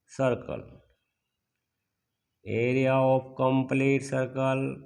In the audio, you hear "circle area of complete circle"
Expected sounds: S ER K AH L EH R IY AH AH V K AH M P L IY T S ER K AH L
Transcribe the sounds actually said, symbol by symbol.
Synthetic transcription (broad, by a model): S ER K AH L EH R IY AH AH P K AH M P L IY T S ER K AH L